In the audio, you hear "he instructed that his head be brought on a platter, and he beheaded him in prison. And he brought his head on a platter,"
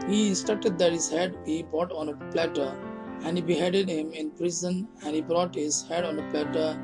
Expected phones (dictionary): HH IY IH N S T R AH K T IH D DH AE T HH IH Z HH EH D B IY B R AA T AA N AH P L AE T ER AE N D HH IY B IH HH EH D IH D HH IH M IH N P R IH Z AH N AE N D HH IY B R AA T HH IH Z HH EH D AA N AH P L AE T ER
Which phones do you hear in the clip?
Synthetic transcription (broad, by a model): HH IY S T AH T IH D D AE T HH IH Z HH EH D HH IY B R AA T AA N AH P L AE T ER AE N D HH IY B IH HH EH D IH D HH IH M IH N P R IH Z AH N AE N D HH IY B R AA T HH IH Z HH EH D AA N AH P L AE T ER